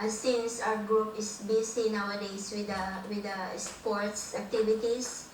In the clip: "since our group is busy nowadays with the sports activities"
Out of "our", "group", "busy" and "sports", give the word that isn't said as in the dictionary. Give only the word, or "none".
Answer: busy